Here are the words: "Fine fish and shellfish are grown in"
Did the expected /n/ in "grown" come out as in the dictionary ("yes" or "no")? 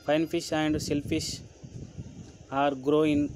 no